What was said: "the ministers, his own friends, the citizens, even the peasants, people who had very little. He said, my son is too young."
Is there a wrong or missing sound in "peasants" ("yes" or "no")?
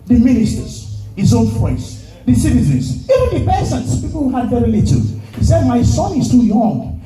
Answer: yes